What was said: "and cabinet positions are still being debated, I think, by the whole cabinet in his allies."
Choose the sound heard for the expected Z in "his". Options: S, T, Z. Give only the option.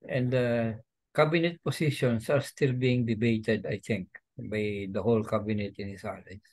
S